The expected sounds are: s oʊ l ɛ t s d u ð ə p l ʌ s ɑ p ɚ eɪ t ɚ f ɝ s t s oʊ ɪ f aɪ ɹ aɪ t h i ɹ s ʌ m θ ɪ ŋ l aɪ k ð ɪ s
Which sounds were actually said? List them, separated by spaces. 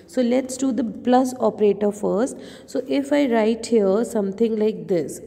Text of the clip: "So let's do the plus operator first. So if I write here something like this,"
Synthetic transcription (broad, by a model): s oʊ l ɛ t s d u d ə p l ʌ s ɑ p ɚ eɪ t ɚ f ɝ s t s oʊ ɪ f aɪ ɹ aɪ t h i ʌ s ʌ m t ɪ ŋ l aɪ k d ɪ s